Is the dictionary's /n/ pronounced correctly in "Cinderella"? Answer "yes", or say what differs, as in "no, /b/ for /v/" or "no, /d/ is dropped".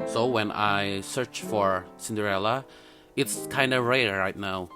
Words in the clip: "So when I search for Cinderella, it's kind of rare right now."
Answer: yes